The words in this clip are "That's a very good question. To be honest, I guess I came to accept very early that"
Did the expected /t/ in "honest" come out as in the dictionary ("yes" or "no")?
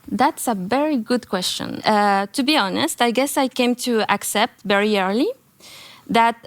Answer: yes